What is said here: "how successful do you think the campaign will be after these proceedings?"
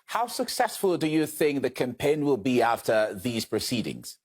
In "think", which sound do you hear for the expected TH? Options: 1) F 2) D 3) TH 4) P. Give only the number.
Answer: 3